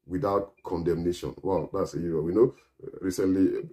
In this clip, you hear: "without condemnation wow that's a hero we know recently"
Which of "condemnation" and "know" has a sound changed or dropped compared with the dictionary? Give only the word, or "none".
none